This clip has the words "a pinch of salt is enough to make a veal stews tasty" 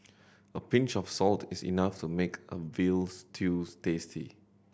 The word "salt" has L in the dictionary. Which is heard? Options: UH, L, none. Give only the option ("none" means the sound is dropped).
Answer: L